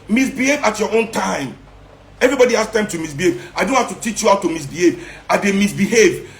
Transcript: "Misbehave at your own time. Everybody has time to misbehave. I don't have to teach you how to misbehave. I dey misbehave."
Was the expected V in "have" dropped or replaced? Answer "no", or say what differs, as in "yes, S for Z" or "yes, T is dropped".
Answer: yes, F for V